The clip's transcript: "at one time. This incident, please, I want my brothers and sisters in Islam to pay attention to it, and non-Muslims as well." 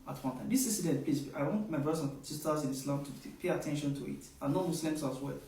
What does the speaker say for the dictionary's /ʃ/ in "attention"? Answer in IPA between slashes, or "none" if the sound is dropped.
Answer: /ʃ/